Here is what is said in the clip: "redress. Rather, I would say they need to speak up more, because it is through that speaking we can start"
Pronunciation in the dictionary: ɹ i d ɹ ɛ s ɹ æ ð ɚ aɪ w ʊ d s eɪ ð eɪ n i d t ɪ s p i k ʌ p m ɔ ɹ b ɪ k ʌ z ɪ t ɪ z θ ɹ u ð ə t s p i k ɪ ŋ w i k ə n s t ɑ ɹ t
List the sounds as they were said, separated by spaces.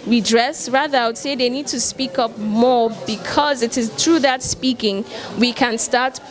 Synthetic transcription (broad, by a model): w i d ɹ ɛ s ɹ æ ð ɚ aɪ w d s eɪ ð eɪ n i d t ɪ s p i k ʌ p m ɔ ɹ b ɪ k ʌ z ɪ t ɪ z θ ɹ u ð ə t s p i k ɪ ŋ w i k ə n s t ɑ ɹ t